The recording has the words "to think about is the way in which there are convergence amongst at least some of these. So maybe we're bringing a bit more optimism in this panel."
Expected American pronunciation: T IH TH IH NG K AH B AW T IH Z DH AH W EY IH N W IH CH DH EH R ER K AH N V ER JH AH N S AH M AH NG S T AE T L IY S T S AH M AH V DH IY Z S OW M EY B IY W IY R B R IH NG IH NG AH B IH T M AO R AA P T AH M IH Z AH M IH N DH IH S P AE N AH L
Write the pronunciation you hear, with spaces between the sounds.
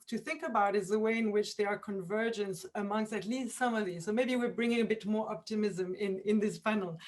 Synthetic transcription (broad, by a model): T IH TH IH NG K AH B AW T IH Z DH AH W EY IH N W IH CH DH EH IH ER K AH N V ER JH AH N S AH M AH NG S T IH T L IY S T S AH M AH V DH IY Z S OW M EY B IY W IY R B R IH NG IH NG AH B IH T M AO R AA P T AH M IH Z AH M IH N DH IH S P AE N L